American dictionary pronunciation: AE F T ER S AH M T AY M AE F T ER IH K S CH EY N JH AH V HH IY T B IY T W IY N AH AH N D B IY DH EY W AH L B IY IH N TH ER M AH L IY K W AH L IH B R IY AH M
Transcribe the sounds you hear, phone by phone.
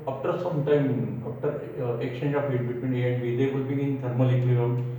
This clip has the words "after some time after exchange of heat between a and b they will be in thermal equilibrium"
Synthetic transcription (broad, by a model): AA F T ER S AH M T AY M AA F T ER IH K CH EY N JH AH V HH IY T B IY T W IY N AH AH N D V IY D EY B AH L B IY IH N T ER M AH L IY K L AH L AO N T